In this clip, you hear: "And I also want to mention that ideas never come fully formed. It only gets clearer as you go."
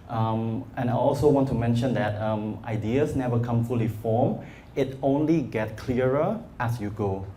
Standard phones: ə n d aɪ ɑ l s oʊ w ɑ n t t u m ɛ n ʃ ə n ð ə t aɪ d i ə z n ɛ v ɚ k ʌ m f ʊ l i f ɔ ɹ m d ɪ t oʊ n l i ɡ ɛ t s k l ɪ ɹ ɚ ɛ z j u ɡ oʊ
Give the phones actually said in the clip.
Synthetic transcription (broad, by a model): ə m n aɪ ɑ l s oʊ w ɑ n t t u m ɛ n ʃ ə n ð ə t aɪ d i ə s n ɛ v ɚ k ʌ m f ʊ l i f ɔ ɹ m ɪ t oʊ n l i ɡ ɛ t k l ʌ ɹ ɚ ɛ s j u ɡ oʊ